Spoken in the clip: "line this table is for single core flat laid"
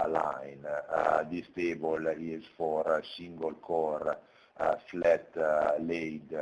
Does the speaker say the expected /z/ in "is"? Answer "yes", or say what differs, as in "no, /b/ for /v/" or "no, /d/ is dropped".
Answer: no, /s/ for /z/